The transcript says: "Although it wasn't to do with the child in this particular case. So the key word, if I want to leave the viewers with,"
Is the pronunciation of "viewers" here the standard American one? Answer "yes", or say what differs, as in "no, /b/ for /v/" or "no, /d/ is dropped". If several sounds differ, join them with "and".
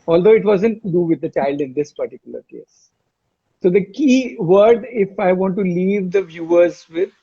yes